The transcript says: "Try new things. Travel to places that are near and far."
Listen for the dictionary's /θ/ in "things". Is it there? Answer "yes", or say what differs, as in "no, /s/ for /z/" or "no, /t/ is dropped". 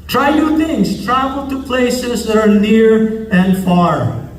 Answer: no, /t/ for /θ/